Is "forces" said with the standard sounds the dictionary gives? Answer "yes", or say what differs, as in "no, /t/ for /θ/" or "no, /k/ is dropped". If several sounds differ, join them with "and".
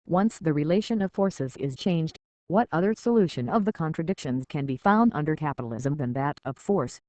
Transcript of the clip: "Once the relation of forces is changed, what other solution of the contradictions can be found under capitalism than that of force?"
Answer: yes